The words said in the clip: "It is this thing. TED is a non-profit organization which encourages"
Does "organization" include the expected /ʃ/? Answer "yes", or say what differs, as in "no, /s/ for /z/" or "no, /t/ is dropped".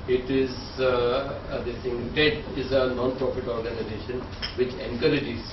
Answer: yes